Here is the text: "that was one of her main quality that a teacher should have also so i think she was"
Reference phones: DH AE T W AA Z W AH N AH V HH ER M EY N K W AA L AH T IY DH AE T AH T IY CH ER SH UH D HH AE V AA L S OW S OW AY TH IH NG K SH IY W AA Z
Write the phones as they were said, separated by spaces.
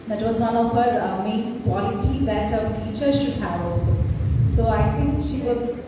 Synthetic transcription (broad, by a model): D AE T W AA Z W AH N AH V HH ER M EY N K W AA L AH T IY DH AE T AH T IY CH ER SH UH D HH AE V AA L S OW S OW AY T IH NG K SH IY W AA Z